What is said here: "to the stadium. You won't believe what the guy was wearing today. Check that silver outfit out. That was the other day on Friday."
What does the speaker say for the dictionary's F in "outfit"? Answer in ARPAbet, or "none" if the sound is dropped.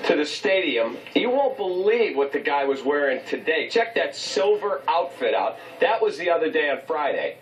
F